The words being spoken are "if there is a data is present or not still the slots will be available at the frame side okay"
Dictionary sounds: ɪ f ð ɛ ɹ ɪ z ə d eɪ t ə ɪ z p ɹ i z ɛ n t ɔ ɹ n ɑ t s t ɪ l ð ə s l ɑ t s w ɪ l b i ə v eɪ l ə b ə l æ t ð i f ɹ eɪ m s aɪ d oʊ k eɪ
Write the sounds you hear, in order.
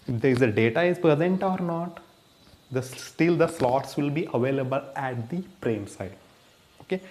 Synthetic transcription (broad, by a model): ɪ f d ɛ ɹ ɪ z ə d eɪ t ə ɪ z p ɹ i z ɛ n t ɔ ɹ n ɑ t s t ɪ l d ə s l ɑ t s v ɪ l b i ə v eɪ l ə b ə l æ t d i p ɹ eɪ m s aɪ d oʊ k eɪ